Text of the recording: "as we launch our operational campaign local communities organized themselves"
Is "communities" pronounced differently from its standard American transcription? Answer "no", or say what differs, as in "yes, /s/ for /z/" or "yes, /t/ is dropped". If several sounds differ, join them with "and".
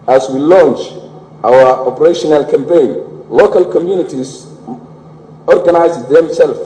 yes, /s/ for /z/